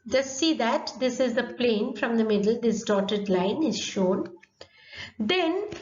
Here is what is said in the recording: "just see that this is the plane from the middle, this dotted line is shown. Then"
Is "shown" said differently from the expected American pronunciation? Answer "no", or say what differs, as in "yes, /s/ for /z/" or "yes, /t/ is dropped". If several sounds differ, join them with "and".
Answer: no